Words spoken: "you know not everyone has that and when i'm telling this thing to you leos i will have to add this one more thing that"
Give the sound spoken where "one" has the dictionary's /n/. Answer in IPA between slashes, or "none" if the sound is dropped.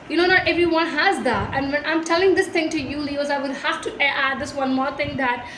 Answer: /n/